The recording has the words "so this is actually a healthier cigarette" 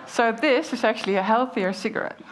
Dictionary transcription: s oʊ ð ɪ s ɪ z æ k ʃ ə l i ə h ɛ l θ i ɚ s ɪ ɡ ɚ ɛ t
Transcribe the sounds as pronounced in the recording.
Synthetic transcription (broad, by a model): s oʊ ð ɪ s ɪ z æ k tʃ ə l i ə h ɛ l θ i ɚ s ɪ ɡ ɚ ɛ t